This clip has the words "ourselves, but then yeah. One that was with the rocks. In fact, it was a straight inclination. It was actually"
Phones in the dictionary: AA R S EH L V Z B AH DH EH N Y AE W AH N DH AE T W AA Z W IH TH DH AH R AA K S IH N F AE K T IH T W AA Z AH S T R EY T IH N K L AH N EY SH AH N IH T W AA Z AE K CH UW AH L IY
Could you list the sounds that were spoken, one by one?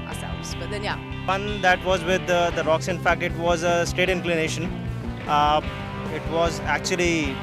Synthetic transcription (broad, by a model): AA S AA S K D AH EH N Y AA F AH N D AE T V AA Z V IH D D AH R AA K S IH N F AE K T IH T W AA Z AH S T EY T IH N K L AH N EY SH AH N IH T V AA Z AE K CH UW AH L IY